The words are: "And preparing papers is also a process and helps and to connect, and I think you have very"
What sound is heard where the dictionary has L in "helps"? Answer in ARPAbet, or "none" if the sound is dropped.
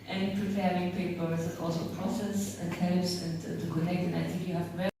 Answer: none